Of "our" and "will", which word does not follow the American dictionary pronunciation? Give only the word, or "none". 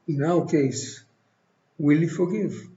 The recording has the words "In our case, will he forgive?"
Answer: our